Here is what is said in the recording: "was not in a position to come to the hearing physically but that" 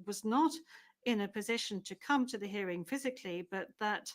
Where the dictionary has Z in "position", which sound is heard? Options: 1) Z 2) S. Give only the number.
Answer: 1